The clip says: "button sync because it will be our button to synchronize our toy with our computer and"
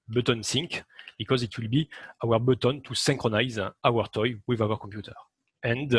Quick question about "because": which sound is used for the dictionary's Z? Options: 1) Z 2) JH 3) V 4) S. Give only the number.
1